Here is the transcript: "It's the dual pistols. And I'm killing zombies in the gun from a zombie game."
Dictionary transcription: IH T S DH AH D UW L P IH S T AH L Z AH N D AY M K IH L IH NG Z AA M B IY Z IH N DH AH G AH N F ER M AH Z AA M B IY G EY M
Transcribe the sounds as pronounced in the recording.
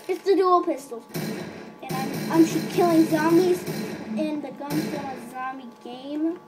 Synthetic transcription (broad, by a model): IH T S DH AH D UW L P IH S T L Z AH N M AY M K IH L IH NG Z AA M IY Z IH N DH AH G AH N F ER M AH Z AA M IY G EY M